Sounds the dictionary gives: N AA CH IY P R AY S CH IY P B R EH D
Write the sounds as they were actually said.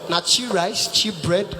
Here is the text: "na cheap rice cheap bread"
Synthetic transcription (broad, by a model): N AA CH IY R AY S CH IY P B R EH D